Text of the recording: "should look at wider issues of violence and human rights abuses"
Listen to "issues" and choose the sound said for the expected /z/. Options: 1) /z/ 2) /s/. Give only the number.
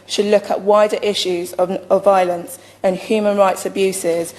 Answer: 1